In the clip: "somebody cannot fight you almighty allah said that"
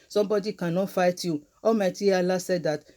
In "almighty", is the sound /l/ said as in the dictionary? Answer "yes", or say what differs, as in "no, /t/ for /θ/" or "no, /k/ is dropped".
no, /l/ is dropped